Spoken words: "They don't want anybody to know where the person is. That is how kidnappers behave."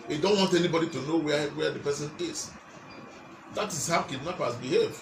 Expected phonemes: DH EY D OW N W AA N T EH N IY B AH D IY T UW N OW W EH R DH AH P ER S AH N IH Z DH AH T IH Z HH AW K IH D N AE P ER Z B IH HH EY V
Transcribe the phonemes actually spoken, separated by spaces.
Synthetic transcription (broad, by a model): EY D OW N W AA N T EH N IY B AH D IY T UW N OW W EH W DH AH P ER S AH N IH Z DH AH T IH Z HH AW K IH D N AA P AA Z B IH HH EY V